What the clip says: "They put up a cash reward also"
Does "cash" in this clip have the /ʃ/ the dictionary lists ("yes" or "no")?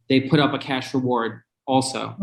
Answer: yes